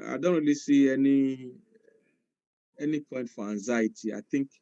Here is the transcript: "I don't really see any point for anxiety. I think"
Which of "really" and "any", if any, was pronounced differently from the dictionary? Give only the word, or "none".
really